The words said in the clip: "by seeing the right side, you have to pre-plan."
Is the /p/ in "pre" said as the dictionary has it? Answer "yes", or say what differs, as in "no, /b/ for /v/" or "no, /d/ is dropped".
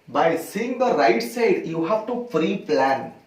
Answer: no, /f/ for /p/